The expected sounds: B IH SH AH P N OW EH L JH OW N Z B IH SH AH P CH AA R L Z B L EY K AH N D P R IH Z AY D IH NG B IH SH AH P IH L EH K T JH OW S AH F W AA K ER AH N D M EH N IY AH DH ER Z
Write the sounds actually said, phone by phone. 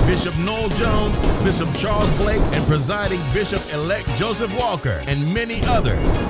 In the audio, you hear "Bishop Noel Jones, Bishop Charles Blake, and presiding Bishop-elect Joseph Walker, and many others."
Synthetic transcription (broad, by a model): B IH SH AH P N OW L JH OW N Z B IH SH AH P CH AA R L Z B L EY K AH N P R IH Z AY D IH NG B IH SH AH P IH L EH K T JH OW S AH F W AA K ER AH N M EH N IY AH DH ER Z